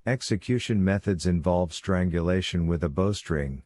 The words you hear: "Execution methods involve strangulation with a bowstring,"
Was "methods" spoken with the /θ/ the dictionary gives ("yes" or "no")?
yes